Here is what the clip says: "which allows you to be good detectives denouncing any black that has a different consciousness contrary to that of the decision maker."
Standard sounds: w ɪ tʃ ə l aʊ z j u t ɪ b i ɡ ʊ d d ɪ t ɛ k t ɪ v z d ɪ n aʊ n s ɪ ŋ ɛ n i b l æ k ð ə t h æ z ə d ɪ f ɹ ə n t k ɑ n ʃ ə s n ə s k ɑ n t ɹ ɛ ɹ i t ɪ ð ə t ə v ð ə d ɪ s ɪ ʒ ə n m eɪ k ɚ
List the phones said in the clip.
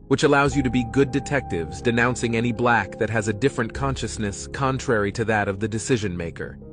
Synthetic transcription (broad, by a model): w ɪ tʃ ə l aʊ z j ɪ t ɪ b i ɡ ʊ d d ɪ t ɛ k t ɪ v z d ɪ n aʊ n s ɪ ŋ ɛ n i b l æ k ð ə t h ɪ z ə d ɪ f ɹ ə n k ɑ n ʃ ə s n ə s k ɑ n t ɹ ɛ ɹ i t ɪ ð ə t ə v ð ə d ɪ s ɪ ʒ ə n m eɪ k ɚ